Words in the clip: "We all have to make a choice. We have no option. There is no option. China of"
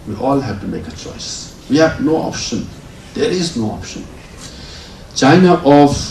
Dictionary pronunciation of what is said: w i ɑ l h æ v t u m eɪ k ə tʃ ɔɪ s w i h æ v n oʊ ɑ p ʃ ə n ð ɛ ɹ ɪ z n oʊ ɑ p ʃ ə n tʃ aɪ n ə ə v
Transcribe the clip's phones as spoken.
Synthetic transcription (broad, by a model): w i ɑ l h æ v t u m eɪ k ə tʃ ɔɪ s w i h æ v n oʊ ɑ p ʃ ə n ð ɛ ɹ ɪ z n oʊ ɑ p ʃ ə n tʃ aɪ n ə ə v